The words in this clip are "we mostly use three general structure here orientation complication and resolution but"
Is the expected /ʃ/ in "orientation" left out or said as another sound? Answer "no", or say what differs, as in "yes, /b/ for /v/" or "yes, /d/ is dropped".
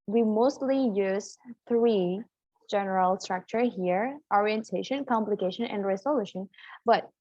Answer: no